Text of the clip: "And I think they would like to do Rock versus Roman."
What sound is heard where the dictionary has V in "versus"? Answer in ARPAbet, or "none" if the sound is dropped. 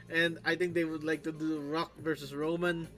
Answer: V